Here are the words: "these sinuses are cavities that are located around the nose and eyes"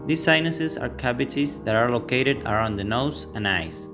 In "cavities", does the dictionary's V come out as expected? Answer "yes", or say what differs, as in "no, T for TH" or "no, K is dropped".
no, B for V